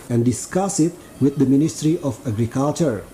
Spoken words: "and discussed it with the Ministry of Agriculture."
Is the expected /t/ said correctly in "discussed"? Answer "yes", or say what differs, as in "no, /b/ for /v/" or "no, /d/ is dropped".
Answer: no, /t/ is dropped